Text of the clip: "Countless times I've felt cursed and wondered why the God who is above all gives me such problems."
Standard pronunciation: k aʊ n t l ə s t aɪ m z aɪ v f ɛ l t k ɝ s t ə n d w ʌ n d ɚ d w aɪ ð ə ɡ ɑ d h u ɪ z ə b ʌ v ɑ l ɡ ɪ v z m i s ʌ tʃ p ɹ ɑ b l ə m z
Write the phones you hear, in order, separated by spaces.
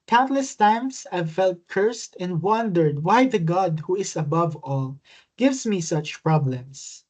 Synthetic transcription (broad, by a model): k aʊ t l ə s t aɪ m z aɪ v f ɛ l t k ɝ s t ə n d w ʌ n d ɚ d w aɪ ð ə ɡ ɑ d h u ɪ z ə b ʌ v ɑ l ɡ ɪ v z m i s ʌ tʃ p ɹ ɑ b l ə m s